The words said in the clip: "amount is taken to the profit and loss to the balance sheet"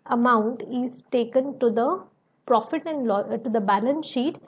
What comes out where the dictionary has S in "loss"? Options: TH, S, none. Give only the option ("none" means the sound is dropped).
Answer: none